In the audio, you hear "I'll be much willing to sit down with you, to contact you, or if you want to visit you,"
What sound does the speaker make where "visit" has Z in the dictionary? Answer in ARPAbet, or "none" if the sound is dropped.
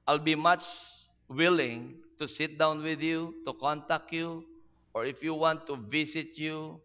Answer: S